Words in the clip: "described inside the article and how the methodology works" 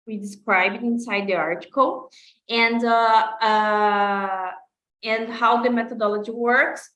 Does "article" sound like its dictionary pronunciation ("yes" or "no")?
no